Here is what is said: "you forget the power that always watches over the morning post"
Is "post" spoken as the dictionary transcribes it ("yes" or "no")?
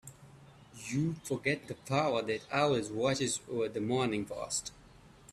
no